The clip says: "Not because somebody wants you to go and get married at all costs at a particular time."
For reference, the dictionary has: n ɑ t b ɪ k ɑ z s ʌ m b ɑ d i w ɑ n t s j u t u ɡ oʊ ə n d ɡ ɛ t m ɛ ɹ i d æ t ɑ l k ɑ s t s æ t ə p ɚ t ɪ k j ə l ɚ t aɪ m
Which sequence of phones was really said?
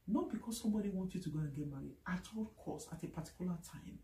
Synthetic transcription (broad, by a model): n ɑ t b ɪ k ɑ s s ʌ m b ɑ d i w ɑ n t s j u t u ɡ oʊ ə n ɡ ɛ t m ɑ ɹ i ɑ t ɑ l k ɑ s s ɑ t ə p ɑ t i k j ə l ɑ t aɪ m